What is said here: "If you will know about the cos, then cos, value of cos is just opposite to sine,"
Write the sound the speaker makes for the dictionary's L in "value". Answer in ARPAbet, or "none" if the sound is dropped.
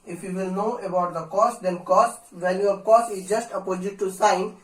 N